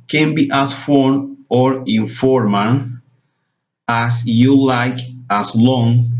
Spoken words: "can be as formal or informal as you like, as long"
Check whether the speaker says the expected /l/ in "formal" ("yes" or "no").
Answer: no